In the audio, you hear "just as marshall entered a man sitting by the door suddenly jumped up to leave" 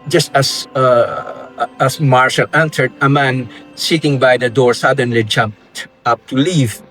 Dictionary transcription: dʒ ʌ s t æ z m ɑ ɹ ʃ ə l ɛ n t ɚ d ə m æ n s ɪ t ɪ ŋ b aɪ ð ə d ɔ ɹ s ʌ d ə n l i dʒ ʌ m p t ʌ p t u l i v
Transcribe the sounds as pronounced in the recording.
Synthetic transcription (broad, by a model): dʒ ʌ s t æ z m ɑ ɹ ʃ ə l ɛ n s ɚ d ə m æ n s ɪ t ɪ ŋ b aɪ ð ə d ɔ ɹ s ʌ d ə n l i dʒ ʌ m p t ʌ p t u l i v